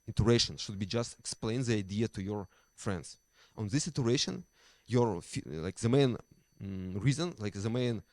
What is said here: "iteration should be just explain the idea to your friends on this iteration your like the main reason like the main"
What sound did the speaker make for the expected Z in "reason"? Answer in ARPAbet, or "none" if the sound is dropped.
Z